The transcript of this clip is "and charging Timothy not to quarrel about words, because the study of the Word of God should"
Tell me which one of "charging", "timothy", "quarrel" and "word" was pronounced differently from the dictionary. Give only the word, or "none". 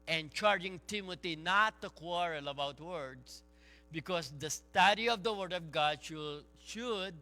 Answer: timothy